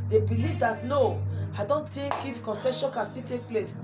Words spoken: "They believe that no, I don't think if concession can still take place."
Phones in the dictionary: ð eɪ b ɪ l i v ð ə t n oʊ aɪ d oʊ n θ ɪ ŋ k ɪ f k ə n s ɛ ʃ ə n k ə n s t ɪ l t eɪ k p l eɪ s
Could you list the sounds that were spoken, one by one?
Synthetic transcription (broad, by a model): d eɪ b ɪ l i v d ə t n oʊ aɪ d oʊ n t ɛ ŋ k ɪ f k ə n s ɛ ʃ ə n k ə n s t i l t eɪ k p l eɪ s